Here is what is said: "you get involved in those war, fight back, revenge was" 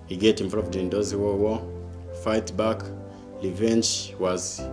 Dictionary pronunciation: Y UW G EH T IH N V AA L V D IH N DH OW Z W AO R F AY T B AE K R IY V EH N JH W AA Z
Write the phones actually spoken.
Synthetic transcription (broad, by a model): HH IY G EH T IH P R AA V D IH N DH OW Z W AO W F AY T B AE K L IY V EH N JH W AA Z